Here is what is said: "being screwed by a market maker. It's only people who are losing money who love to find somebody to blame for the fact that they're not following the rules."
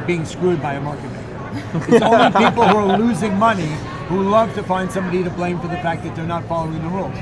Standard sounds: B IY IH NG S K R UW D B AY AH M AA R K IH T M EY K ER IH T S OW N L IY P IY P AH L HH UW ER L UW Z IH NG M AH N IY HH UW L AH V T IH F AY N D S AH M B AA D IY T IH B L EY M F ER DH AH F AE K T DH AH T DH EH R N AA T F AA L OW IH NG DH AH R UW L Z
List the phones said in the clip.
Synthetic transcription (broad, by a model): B IY IH NG S K R UW D B AY AH M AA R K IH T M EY ER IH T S OW N L IY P IY P L HH UW ER L UW Z IH NG M AH N IY HH UW L AH V T IH F AY N D S AH M B AA D IY T IH B L EY M F ER DH AH F AE K DH AH T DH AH R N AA T F AA L OW IH NG DH AH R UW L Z